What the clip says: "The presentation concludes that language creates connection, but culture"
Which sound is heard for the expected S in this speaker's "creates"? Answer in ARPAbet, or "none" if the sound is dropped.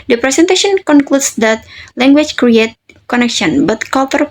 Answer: none